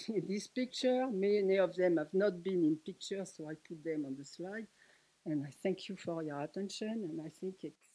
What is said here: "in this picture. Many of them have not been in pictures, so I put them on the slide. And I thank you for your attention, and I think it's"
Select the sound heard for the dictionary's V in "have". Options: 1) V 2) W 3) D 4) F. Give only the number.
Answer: 1